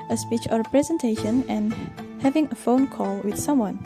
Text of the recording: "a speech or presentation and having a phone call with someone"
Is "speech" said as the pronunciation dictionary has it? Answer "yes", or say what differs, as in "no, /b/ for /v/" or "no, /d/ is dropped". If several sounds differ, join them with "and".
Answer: yes